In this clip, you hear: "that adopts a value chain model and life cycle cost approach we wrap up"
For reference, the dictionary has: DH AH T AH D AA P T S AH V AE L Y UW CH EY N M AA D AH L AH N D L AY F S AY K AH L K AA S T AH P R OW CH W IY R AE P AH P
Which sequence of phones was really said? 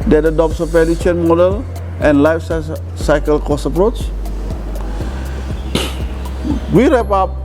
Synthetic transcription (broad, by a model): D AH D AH D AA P S AH P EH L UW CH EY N M AA D AH L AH N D L AY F S AY K AH L K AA S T AH P R OW CH W IY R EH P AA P